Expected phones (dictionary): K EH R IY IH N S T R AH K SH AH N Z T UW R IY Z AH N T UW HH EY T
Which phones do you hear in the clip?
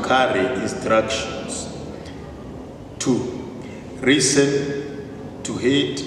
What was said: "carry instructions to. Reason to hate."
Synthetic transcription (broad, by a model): K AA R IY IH N S T R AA K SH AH N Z T UW R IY S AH N T UW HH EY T